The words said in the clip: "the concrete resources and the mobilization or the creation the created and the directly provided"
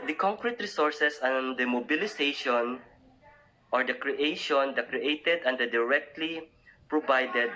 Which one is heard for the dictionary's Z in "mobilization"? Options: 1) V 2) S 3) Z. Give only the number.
2